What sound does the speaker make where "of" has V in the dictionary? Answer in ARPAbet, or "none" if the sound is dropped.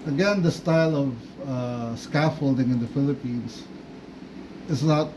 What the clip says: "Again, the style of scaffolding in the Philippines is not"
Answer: V